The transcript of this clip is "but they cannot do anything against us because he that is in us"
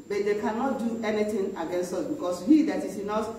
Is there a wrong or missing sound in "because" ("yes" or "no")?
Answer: yes